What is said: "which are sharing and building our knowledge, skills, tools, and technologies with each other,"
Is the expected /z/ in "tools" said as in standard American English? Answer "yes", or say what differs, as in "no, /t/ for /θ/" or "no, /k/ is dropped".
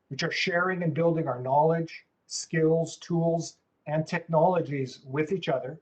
yes